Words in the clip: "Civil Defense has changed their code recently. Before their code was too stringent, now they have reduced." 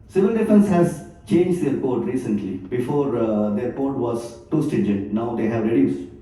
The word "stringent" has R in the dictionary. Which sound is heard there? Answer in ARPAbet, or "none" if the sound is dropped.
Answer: none